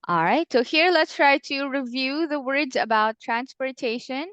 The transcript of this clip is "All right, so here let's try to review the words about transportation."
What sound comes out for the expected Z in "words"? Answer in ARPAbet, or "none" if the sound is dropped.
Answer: Z